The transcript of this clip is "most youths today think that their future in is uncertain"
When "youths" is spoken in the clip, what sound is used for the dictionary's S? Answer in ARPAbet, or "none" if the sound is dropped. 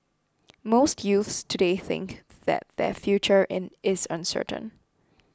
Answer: S